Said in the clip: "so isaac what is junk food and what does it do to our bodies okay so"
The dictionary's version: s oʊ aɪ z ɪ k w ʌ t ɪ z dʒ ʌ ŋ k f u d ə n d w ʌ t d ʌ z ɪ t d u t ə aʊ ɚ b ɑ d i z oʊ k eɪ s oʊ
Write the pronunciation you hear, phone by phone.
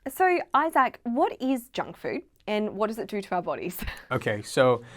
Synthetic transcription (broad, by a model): s oʊ aɪ z ɪ k w ʌ t ɪ z dʒ ʌ ŋ k f u d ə n w ʌ t d ʌ z ɪ t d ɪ t ə aʊ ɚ b ɑ d i z oʊ k eɪ s oʊ